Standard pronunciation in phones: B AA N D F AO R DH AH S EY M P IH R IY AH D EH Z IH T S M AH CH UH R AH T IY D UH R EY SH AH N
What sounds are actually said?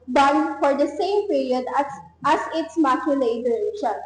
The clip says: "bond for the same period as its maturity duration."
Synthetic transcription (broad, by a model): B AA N F AO R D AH S EY M P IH R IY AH D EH S IH T S M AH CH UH L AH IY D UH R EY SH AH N